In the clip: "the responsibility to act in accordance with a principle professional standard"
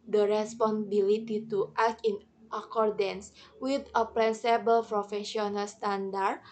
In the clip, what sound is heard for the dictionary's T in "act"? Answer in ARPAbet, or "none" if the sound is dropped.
none